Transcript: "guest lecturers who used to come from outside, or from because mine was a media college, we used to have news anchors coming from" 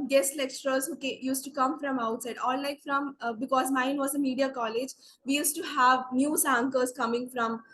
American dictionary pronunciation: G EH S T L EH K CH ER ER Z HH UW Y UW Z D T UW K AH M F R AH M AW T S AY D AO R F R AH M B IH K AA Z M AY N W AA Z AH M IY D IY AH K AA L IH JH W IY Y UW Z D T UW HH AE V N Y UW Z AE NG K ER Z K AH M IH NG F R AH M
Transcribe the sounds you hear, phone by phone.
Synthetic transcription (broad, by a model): G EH S T L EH K CH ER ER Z HH UW Y UW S T UW K AH M F R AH M AW T S AY D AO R F R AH M B IH K AA Z M AY N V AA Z AH M IY D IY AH K AA L IH JH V IY Y UW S T UW HH AE V N Y UW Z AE NG K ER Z K AH M IH NG F R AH M